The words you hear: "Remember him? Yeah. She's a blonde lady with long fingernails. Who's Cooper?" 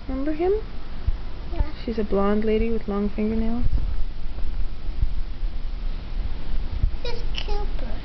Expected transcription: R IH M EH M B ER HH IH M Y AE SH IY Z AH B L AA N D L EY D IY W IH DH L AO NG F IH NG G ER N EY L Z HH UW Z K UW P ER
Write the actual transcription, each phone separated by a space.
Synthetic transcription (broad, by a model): M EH M B ER HH IH M SH IY Z AH B L AA N D L EY D IY W IH DH L AO NG F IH NG G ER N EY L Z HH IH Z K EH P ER